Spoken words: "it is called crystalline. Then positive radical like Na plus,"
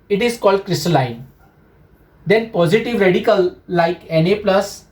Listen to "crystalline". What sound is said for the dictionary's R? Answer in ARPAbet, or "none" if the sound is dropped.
R